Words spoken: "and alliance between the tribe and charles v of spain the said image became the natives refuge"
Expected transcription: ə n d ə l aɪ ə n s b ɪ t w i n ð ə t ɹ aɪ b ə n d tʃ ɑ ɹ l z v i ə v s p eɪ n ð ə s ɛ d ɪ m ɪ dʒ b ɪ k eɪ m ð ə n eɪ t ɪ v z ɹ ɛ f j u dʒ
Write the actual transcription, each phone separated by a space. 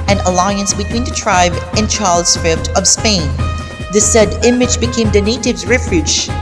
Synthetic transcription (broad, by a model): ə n ə l aɪ ə n s b ɪ t w i n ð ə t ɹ aɪ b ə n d tʃ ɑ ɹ l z f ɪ ə v s p eɪ n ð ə s ɛ d ɪ m ɪ dʒ b ɪ k eɪ m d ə n eɪ t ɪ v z ɹ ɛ f j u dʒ